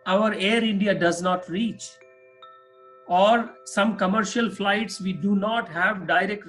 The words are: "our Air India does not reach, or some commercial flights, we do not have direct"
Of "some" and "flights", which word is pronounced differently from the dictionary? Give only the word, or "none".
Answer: none